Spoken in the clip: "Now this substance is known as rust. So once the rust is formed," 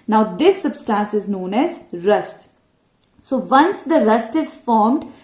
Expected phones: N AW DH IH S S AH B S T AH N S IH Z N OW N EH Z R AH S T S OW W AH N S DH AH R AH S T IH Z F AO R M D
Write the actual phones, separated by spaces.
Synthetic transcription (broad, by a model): N AW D IH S S AH B S T AH N S IH Z N OW N EH Z R AH S T S OW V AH N S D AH R AH S T IH Z F AO R M D